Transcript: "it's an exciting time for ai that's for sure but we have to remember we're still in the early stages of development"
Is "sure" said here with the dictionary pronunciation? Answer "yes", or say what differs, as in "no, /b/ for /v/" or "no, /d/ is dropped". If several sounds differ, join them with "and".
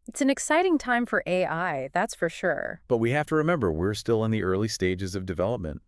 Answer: yes